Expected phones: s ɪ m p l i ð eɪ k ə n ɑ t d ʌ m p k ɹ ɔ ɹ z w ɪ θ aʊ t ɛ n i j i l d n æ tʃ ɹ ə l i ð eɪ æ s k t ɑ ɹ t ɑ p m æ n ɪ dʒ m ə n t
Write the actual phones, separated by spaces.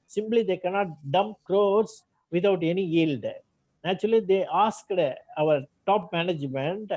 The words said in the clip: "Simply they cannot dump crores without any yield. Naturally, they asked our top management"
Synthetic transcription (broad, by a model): s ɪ m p l i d eɪ k ə n ɑ t d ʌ m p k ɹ ɔ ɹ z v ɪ t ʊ t ɛ n i j i l d n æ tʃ ɹ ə l i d eɪ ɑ s k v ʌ ɹ t ɑ p m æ n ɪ dʒ m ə n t